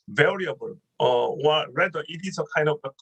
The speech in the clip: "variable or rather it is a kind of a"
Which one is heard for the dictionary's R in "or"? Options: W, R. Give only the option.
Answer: W